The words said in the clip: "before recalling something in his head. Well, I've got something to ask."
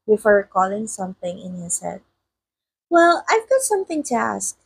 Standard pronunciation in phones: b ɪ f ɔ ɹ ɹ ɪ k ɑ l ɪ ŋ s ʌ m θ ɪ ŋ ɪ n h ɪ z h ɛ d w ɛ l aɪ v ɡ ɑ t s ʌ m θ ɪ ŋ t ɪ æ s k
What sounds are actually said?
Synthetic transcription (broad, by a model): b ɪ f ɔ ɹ ɹ k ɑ l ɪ ŋ s ʌ m θ ɪ ŋ ɪ n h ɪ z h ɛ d w ɛ l aɪ v ɡ ɑ t s ʌ m θ ɪ ŋ t ɪ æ s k